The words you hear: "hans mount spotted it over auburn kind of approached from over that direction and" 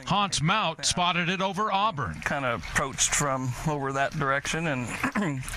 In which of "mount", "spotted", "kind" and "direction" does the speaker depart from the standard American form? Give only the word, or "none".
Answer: mount